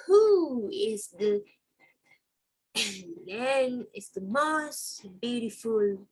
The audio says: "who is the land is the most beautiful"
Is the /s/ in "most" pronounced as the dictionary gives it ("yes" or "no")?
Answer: yes